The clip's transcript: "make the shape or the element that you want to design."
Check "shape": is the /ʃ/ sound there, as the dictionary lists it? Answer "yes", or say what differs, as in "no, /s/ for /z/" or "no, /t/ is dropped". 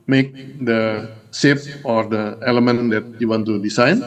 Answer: no, /s/ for /ʃ/